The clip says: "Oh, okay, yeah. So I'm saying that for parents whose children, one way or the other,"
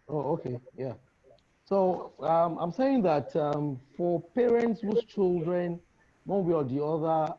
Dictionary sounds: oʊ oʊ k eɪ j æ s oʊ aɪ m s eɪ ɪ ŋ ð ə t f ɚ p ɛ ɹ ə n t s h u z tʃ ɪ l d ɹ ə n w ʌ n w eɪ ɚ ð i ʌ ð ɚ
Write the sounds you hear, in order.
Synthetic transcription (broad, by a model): oʊ oʊ k eɪ j æ s oʊ aɪ m s eɪ ɪ ŋ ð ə t f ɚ p ɛ ɹ ə n t s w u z tʃ ɪ l d ɹ ə n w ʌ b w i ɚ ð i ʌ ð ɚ